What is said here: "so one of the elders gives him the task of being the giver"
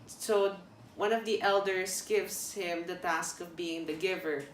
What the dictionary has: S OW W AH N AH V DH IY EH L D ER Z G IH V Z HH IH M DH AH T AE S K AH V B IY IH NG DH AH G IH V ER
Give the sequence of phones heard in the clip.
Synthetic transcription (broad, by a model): S OW W AH N AH V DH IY EH L D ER S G IH V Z HH IH M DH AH T AE S K AH V B IY IH NG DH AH G IH V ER